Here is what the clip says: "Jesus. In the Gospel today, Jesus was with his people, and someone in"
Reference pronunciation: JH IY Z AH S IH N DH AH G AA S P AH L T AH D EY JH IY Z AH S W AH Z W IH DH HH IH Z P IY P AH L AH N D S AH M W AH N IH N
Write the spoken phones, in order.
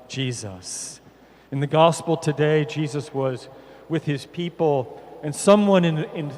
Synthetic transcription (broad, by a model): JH IY Z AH S IH N DH AH G AA S P L T AH D EY JH IY Z AH S W AH Z W IH DH IH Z P IY P L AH N S AH M W AH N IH N